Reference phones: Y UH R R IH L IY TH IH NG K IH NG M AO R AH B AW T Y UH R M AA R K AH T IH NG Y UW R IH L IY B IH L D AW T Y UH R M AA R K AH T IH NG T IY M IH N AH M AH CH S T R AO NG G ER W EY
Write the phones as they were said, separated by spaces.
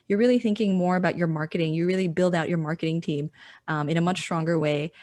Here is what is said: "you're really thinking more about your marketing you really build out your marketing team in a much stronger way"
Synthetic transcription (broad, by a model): Y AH R R IH L IY TH IH NG K IH NG M AO R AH B AW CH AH R M AA R K AH T IH NG Y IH R IH L IY B IH L D AW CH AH R M AA R K AH T IH NG T IY M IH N AH M AH CH S T R AO NG G ER W EY